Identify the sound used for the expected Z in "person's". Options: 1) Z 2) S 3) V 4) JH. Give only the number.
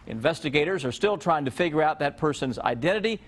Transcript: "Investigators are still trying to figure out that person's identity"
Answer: 1